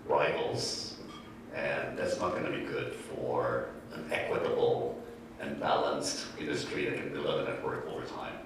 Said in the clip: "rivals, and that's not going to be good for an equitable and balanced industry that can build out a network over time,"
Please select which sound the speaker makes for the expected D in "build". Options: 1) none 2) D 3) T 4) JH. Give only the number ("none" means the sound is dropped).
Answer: 1